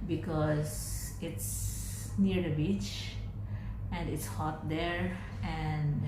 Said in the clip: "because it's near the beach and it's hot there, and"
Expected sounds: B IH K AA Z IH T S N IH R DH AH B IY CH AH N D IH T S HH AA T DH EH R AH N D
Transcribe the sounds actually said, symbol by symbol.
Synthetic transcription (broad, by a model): B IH K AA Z IH T S N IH R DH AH B IY CH AH N D IH T S HH AA T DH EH R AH N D